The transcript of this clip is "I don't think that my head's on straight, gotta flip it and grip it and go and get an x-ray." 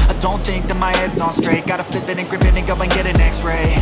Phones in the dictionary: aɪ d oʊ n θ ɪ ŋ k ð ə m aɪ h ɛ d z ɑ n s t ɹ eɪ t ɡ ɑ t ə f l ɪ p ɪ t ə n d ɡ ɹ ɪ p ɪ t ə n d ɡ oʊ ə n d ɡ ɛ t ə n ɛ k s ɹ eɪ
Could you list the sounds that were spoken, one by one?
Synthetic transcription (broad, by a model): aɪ d oʊ n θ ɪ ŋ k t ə m aɪ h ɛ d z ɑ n s t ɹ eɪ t ɡ ɑ t ə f ɪ b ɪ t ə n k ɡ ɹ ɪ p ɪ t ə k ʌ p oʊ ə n ɡ ɛ t ə n ɛ k s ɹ eɪ